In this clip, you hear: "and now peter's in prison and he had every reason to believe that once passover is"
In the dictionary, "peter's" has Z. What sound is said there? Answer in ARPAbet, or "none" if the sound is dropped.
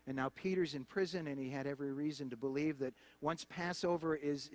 Z